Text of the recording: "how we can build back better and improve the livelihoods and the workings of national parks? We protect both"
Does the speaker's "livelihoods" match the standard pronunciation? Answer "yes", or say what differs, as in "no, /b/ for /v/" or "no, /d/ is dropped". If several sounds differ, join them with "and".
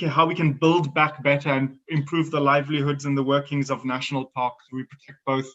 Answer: yes